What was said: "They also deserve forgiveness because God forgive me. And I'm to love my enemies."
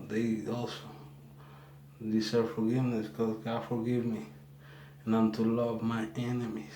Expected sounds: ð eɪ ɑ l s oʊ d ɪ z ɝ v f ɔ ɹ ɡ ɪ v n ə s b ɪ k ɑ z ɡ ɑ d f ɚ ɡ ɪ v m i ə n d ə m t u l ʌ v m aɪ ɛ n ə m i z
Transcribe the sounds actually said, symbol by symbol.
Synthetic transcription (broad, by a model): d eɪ ɑ l s oʊ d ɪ s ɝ f ɔ ɹ ɡ ɪ v n ə s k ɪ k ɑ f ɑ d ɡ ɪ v m i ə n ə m t u l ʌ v m aɪ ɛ n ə m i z